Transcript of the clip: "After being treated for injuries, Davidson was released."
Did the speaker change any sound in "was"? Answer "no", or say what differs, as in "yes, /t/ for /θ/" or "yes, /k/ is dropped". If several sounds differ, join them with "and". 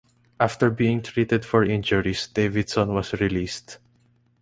yes, /s/ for /z/